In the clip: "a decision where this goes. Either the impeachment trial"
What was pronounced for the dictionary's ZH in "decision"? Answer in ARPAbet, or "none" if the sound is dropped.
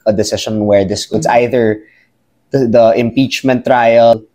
SH